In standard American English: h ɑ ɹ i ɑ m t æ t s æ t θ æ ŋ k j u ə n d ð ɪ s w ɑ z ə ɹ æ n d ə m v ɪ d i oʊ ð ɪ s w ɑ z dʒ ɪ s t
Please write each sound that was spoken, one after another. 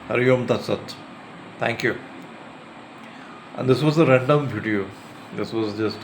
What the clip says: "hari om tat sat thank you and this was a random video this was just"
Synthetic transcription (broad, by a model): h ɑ ɹ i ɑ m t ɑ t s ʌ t t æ ŋ k j u ə n d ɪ s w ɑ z ə ɹ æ n d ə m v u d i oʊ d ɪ s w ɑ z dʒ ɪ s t